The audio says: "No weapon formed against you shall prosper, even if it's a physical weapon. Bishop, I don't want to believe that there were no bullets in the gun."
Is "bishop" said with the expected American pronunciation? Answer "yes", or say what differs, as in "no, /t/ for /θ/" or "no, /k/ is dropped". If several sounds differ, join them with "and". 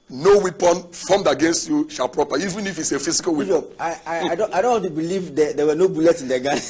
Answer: no, /p/ is dropped